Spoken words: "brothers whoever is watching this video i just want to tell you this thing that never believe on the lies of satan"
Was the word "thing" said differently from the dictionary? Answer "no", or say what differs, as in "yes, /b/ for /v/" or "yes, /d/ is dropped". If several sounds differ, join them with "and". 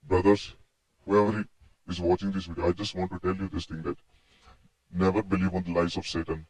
yes, /t/ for /θ/